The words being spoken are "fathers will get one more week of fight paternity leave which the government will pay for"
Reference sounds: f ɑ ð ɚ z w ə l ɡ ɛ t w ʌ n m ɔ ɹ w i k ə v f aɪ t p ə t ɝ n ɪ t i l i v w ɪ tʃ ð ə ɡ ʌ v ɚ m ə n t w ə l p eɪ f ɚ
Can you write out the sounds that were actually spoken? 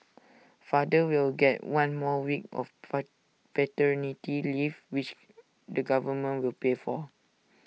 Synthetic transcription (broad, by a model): f ɑ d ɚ w ə l ɡ ɛ t w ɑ n m ɔ w i k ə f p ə t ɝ n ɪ t i l i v w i tʃ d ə ɡ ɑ v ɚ m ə n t w ə l p eɪ f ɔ